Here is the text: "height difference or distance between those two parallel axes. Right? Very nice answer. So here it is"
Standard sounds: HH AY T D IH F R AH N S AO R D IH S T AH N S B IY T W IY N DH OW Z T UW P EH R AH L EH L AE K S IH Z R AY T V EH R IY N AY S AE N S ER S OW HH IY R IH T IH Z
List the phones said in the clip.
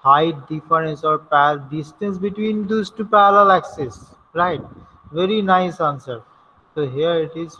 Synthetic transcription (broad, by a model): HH AY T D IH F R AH N S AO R D IH S T AH N S B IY T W IY N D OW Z T UW P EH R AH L L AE K S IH S R AY T V EH R IY N AY S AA N S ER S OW HH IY R IH T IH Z